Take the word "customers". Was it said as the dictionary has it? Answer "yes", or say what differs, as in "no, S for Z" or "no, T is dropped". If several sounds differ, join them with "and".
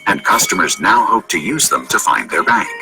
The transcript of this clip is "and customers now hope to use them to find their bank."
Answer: yes